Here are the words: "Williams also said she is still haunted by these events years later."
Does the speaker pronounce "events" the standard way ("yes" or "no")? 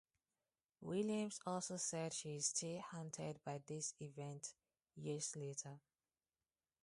no